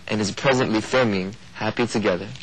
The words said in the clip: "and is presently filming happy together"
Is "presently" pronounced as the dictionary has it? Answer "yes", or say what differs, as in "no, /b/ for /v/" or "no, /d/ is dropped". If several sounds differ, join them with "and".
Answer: yes